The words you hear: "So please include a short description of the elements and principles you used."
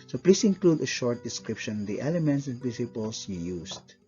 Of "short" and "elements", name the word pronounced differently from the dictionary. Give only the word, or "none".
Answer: none